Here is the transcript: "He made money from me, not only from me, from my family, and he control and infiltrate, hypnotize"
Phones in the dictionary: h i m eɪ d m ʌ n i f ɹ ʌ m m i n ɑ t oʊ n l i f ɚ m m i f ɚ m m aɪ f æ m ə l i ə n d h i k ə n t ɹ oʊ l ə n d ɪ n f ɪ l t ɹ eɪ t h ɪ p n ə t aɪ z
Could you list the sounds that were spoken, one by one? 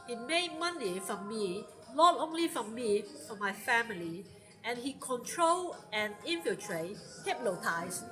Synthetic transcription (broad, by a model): h i m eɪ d m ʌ n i f ɹ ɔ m m i l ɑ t oʊ n l i f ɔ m m i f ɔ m m aɪ f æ m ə l i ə n h i k ə n t ɹ oʊ l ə n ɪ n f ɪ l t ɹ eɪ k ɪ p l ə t aɪ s